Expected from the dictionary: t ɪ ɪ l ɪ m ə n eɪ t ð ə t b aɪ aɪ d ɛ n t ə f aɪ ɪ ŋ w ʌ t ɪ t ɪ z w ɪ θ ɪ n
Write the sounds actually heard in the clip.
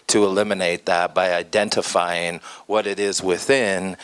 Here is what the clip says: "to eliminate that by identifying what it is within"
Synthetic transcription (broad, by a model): t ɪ ɪ l ɪ m ə n eɪ t ð ə t b aɪ aɪ d ɛ n t ə f aɪ ɪ ŋ w ʌ t ɪ t ɪ z w ɪ θ ɪ n